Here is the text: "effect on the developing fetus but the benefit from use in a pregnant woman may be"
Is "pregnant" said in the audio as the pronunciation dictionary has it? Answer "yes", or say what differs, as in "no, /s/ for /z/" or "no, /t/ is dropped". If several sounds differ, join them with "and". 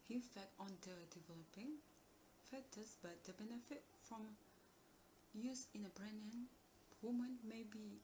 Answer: no, /b/ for /p/